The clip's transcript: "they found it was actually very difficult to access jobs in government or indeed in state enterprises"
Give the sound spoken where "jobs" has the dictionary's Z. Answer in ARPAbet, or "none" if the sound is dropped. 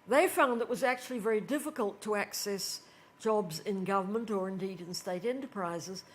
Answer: Z